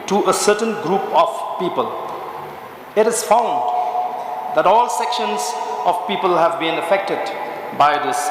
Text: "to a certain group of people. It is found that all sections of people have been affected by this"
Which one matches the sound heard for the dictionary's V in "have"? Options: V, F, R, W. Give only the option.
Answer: V